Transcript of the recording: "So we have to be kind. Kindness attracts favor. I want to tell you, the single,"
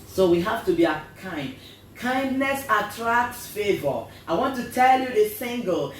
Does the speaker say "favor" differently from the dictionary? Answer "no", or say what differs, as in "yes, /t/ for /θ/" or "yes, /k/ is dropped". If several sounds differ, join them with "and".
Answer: no